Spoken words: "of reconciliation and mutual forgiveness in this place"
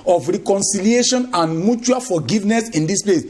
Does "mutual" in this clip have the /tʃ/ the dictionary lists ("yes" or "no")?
yes